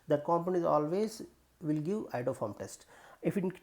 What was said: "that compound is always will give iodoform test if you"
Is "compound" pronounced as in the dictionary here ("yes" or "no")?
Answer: no